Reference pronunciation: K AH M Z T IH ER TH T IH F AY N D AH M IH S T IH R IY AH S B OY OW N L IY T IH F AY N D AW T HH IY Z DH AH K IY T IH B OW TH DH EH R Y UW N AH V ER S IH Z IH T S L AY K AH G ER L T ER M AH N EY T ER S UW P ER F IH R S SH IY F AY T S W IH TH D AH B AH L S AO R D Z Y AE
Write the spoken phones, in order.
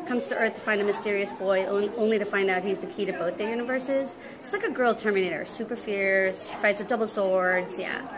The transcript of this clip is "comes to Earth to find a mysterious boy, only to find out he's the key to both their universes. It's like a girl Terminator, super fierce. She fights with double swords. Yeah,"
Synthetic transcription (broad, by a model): K AH M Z T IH ER TH T IH F AY N D AH M IH S T IH R IY AH S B OY OW N L IY T IH F AY N D AW T HH IY Z DH AH K IY T IH B OW TH DH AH R Y UW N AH V ER S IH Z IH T S L AY K AH G ER L T ER M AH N EY T ER S UW P ER F IH R S SH IY F AY T S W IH D AH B L S AO R D Z Y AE